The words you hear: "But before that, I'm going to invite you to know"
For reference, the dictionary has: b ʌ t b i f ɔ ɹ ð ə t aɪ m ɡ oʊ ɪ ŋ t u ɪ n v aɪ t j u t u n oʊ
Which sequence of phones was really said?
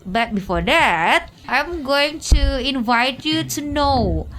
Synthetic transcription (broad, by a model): b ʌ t b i f ɔ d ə t aɪ m ɡ oʊ ɪ ŋ t u ɪ n v aɪ t j u t u n oʊ